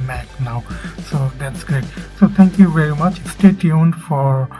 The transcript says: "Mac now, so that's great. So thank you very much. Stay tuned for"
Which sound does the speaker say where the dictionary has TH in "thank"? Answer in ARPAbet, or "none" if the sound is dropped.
T